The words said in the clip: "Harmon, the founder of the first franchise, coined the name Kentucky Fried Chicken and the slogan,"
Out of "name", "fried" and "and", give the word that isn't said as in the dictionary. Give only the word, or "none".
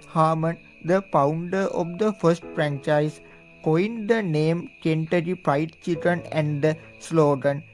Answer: fried